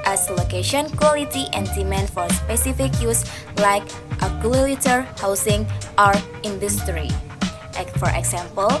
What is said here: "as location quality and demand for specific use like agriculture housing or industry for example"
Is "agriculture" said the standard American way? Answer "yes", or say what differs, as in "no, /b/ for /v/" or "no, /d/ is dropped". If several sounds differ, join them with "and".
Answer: no, /ɹ/ is dropped and /k/ is dropped